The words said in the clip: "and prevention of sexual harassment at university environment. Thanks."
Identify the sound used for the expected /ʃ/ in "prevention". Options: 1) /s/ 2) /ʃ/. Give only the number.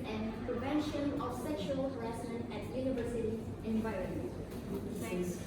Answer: 2